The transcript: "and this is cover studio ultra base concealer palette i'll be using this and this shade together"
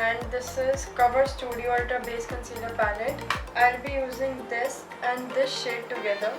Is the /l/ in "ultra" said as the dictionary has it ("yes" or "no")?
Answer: no